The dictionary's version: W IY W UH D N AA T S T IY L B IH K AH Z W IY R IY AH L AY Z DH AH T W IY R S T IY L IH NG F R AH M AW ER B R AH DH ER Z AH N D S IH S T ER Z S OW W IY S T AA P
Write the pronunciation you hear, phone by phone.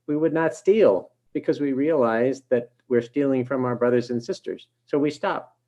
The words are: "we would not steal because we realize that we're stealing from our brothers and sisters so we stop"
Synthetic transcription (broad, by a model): W IY W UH D N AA T S T IY L B IH K AH Z W IY R IY AH L AY Z DH AH T W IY R S T IY L IH NG F R AH M AW ER B R AH DH ER Z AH N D S IH S T ER Z S OW W IY S T AA P